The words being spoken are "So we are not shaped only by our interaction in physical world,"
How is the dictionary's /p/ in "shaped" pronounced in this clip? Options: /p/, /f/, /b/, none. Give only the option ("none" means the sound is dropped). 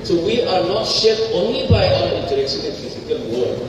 none